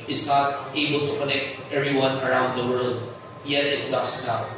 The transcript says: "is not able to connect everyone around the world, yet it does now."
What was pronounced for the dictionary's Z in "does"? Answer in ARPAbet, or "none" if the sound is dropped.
S